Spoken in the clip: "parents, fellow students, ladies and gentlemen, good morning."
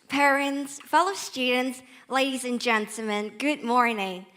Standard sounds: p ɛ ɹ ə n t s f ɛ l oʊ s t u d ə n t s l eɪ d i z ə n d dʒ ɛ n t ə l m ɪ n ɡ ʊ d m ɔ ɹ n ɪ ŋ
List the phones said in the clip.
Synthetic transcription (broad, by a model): p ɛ ɹ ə n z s f ɛ l oʊ s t u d n t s l eɪ d i z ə n dʒ ɛ n t l m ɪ n ɡ ʊ d m ɔ ɹ n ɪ ŋ